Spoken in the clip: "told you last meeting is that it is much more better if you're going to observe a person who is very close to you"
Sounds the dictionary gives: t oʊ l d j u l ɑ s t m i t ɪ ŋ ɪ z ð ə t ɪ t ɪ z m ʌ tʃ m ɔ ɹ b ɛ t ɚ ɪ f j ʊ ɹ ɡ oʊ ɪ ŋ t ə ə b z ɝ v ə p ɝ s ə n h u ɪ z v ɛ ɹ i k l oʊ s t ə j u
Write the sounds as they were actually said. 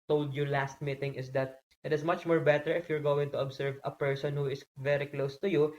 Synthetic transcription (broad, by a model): t oʊ l d j u l ɑ s t m i t ɪ ŋ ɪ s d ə t ɪ t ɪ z m ʌ tʃ m ɔ ɹ b ɛ t ɚ ɪ f j ʊ ɹ ɡ oʊ ɪ ŋ t ə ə b s ɝ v ə p ɝ s ə n h u ɪ s v ɛ ɹ i k l oʊ s t ə j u